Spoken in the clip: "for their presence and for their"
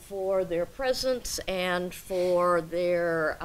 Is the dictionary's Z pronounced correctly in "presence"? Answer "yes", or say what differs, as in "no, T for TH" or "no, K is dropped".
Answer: yes